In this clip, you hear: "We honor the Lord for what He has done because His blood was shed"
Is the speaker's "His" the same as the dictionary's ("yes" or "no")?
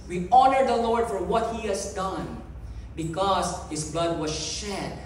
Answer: no